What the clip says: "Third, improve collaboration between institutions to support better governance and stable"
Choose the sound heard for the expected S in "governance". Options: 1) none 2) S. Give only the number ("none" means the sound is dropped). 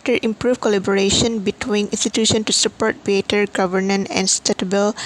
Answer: 1